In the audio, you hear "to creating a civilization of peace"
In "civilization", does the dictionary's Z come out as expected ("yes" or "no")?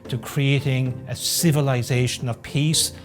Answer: yes